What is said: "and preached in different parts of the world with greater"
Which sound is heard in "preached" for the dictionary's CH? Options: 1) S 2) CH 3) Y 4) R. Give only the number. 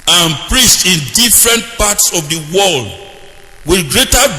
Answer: 1